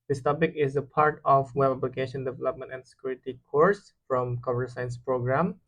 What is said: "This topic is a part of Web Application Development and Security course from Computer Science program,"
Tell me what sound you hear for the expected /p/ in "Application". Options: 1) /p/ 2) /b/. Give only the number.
2